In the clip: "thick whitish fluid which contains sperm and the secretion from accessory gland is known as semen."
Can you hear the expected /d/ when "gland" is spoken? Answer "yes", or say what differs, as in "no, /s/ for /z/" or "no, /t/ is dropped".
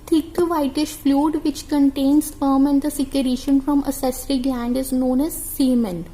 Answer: yes